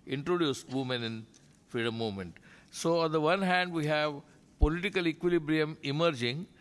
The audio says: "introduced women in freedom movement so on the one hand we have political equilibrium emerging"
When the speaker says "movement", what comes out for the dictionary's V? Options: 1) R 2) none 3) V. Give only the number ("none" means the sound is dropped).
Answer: 2